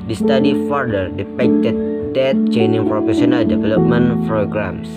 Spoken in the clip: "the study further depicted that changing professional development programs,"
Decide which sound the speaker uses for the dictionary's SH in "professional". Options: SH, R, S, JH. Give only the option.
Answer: S